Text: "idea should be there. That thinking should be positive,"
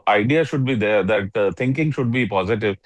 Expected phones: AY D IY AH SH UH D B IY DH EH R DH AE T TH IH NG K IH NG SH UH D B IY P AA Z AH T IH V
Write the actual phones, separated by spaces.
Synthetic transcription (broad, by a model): AY D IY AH SH UH D B IY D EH R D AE T T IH NG K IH NG SH UH D B IY P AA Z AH T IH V